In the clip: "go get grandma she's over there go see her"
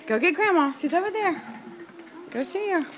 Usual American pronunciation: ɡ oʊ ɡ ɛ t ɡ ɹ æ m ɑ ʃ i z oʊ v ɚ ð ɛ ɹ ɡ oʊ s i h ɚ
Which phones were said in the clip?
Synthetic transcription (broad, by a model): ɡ oʊ ɡ ɛ t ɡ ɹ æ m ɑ s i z oʊ v ɚ ð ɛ ɹ ɡ oʊ s i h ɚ